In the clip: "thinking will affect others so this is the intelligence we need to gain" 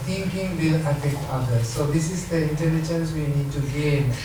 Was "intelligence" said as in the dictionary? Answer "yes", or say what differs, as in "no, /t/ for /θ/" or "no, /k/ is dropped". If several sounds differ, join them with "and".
no, /n/ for /l/ and /tʃ/ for /dʒ/